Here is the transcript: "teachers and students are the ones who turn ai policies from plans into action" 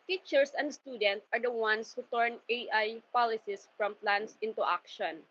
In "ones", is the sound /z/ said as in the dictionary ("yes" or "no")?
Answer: no